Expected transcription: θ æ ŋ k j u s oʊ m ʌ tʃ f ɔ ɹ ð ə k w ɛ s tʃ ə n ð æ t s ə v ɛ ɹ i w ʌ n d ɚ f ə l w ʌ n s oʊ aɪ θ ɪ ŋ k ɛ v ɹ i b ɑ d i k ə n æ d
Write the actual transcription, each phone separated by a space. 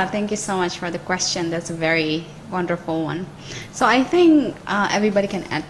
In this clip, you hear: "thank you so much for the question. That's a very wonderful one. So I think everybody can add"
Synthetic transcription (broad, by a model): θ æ ŋ k j u s oʊ m ʌ tʃ f ɔ ɹ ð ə k w ɛ s tʃ ə n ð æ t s ə v ɛ ɹ i w ʌ n d ɚ f ə l w ʌ n s oʊ aɪ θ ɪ ŋ k ɛ v ɹ i b ɑ d i k ə n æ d